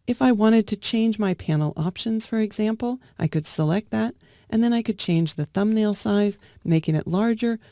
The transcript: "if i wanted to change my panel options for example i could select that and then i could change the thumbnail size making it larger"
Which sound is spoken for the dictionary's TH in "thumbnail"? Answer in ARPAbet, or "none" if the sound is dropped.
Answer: TH